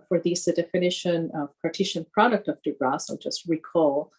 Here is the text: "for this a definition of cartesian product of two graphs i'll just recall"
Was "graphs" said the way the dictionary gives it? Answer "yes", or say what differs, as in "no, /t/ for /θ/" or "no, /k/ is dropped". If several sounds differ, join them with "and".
no, /f/ is dropped